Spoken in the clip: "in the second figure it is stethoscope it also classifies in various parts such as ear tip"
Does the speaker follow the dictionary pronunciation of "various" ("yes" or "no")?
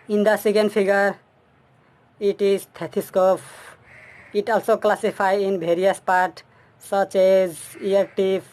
no